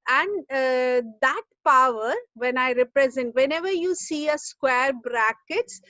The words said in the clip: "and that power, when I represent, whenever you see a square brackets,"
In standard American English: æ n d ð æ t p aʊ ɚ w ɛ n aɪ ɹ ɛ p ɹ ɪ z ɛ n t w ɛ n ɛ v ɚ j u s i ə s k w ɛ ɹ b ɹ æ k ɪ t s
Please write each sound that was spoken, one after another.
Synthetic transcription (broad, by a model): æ n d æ t p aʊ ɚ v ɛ n aɪ ɹ ɛ p ɹ ɪ z ɛ n t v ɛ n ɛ v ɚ j u s i ə s k w ɛ ɹ b ɹ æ k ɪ t s